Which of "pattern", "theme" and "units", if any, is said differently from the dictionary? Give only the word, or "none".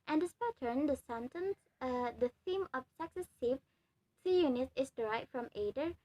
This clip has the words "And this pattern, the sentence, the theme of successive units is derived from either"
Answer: units